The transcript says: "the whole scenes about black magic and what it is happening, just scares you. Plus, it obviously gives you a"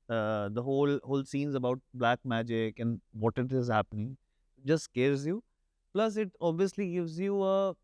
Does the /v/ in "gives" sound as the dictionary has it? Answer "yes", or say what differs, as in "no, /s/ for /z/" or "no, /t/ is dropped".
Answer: yes